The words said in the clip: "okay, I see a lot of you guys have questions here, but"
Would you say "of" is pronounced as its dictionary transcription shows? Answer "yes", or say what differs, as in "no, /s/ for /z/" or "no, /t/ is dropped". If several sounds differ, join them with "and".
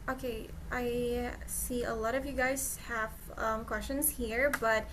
yes